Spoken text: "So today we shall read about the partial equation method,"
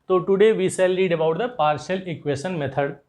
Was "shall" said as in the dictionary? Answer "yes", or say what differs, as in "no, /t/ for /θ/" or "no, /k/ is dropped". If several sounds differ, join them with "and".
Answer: no, /s/ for /ʃ/